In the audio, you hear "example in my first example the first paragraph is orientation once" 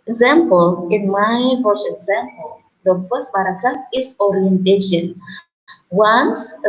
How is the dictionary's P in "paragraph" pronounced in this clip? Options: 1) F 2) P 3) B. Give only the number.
3